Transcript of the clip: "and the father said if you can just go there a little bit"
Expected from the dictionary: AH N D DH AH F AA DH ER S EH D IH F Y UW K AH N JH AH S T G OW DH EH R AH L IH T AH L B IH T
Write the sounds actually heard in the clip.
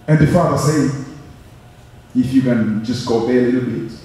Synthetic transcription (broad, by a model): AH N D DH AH F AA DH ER S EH IH F Y UW K AH N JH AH S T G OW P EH AH L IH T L B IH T